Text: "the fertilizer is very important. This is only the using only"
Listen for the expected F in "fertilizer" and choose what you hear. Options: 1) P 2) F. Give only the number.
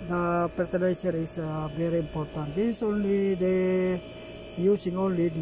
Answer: 1